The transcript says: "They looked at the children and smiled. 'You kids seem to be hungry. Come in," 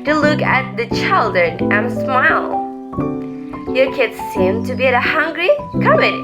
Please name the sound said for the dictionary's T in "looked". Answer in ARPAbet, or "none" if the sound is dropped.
none